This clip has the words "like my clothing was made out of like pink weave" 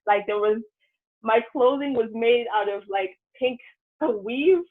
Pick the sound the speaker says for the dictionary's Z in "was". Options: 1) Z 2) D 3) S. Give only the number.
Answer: 1